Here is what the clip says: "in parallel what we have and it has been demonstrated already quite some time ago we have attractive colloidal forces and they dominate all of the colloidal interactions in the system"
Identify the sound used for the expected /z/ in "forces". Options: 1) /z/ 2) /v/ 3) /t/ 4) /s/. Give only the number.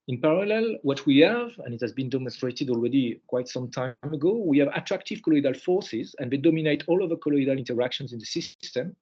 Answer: 1